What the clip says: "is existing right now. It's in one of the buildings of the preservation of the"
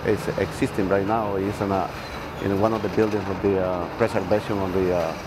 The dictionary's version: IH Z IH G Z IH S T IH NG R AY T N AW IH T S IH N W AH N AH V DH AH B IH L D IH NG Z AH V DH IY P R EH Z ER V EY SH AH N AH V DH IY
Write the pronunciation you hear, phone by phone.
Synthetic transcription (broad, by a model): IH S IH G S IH S T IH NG R AY T N AW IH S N IH N W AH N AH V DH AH B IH L D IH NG S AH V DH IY P R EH S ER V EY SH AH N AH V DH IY